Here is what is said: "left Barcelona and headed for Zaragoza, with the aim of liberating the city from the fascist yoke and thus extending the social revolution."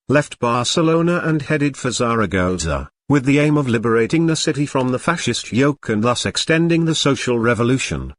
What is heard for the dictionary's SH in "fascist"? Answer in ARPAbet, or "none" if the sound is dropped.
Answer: SH